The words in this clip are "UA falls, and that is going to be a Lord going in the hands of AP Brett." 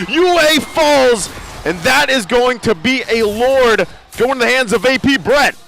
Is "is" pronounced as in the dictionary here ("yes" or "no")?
yes